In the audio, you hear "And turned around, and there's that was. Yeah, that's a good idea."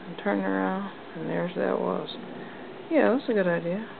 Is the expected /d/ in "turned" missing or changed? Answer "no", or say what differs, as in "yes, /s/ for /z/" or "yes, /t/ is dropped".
yes, /d/ is dropped